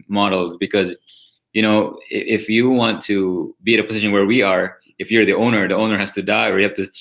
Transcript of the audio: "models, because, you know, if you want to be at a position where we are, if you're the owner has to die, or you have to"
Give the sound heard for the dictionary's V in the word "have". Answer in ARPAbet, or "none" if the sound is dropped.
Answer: P